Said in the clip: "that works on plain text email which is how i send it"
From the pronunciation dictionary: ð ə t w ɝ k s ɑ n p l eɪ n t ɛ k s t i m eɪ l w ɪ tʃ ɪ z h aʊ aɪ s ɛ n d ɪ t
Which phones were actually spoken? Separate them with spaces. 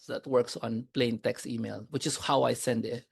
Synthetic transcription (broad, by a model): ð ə t w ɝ k s ɑ n p l eɪ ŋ t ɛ k s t i m eɪ l w ɪ tʃ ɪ s h aʊ aɪ s ɛ n d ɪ t